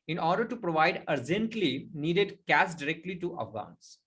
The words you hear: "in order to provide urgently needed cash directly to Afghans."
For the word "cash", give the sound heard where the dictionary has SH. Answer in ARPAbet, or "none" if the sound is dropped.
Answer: S